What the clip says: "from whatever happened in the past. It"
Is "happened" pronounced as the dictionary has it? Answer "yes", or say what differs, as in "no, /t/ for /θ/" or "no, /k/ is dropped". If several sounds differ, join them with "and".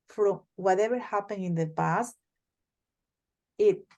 no, /d/ is dropped